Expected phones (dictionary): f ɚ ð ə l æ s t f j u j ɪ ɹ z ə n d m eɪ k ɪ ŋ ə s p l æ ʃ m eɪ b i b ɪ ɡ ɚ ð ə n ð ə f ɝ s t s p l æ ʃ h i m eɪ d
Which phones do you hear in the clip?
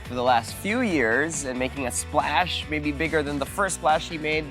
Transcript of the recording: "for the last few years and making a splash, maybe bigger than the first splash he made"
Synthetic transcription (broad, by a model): f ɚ ð ə l æ s t f j u j ɪ ɹ z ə n m eɪ k ɪ ŋ ə s p l æ ʃ m eɪ b i b ɪ ɡ ɚ ð ə n ð ə f ɝ s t s p l æ ʃ h i m eɪ d